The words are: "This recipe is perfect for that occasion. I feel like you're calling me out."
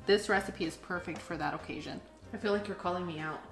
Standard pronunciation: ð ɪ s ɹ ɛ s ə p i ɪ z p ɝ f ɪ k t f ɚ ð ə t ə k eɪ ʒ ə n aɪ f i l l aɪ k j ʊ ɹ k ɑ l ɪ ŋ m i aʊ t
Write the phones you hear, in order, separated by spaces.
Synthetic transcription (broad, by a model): ð ɪ s ɹ ɛ s ə p i ɪ z p ɝ f ɪ k t f ɚ ð ə t ə k eɪ ʒ ə n aɪ f i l l aɪ k j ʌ ɹ k ɑ l ɪ ŋ m i aʊ t